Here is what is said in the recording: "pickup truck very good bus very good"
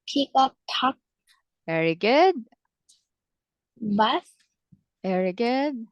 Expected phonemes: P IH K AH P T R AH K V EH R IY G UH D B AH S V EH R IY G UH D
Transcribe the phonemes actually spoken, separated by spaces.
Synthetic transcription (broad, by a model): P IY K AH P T AO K V EH R IY G UH D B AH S V EH R IY G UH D